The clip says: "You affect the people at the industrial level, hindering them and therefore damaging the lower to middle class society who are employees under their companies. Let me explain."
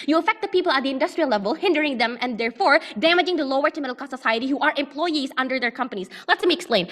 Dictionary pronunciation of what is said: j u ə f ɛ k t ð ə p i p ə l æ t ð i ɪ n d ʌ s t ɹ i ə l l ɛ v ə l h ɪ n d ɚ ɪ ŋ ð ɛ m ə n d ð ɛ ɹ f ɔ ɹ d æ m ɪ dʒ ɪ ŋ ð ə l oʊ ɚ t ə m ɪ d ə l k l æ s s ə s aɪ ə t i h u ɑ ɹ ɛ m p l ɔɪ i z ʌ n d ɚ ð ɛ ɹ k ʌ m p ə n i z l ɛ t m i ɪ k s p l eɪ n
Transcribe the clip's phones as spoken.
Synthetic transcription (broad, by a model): j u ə f ɛ k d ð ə p i p ə l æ t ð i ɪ n d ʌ s t ɹ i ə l l ɛ v ə l h ɪ n d ɚ ɪ ŋ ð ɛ m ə n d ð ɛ ɹ f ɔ ɹ d æ m ɪ dʒ ɪ ŋ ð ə l oʊ ɚ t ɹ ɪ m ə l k ɔ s s ə s aɪ ə t i h u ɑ ɹ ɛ m p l ɔɪ i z ʌ n d ɚ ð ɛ ɹ k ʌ m p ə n i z l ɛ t m i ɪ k s p l eɪ n